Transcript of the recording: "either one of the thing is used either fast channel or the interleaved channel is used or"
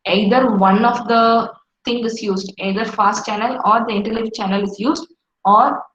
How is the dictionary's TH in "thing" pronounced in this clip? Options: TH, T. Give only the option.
T